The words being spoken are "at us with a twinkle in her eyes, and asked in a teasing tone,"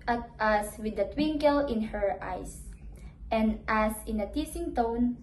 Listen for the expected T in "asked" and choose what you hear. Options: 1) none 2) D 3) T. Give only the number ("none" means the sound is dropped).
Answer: 1